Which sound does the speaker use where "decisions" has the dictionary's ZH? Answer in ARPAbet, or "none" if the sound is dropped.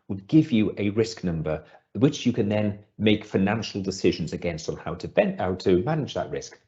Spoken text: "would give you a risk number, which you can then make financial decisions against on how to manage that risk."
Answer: ZH